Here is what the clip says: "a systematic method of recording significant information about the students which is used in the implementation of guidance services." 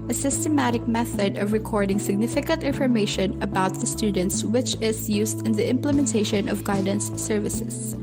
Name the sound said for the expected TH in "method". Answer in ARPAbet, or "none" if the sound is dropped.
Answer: TH